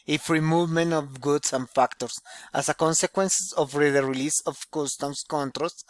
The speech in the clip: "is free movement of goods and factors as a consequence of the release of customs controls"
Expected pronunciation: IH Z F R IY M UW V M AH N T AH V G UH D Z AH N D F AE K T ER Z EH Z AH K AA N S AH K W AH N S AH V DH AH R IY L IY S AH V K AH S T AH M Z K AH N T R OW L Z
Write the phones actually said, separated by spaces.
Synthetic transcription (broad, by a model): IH F R IY M UW V M AH N T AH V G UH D S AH N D F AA K T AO S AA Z AH K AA N S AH K W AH N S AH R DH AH R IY L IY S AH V K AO S T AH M S K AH N T R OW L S